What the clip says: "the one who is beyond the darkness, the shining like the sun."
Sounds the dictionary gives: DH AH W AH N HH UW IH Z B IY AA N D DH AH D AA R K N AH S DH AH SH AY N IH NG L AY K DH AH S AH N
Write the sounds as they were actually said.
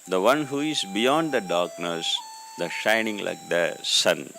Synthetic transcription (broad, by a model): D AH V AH N HH UW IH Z B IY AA N D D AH D AA R K N AH S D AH SH AY N IH NG L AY K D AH S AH N